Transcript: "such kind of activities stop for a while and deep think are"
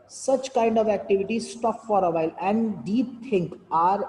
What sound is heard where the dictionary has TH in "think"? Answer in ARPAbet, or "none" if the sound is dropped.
T